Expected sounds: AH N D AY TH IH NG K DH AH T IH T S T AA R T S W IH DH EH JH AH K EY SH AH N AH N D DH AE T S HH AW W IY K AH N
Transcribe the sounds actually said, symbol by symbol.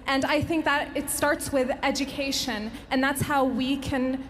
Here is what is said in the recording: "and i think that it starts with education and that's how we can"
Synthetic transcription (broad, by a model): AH N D AY TH IH NG K DH AH T IH T S T AA R T S W IH DH EH JH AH K EY SH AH N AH N DH AE T S HH AW W IY K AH N